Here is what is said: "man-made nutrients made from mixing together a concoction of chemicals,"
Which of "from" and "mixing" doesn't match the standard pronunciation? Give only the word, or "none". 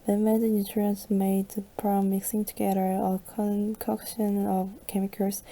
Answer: from